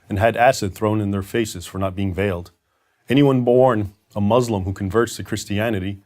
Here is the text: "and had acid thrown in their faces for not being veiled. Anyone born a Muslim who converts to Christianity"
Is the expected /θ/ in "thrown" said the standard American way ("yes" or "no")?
yes